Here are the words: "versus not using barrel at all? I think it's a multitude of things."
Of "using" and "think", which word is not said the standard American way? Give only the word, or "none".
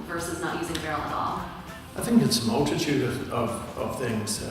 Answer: none